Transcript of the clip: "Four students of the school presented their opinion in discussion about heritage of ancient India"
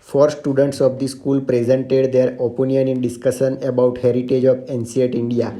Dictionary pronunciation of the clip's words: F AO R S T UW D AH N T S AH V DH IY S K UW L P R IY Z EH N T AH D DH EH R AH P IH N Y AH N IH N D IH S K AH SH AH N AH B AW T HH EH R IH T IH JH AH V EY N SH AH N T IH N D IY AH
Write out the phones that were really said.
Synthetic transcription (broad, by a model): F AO R S T UW D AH N T S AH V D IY S K UW L P R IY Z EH N T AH D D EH R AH P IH N Y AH N IH N D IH S K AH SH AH N AH B AW T HH EH R IH T IH JH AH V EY N S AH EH T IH N D IY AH